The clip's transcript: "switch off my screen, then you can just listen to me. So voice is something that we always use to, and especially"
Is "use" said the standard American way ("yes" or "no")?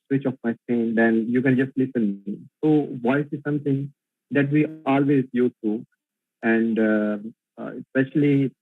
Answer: no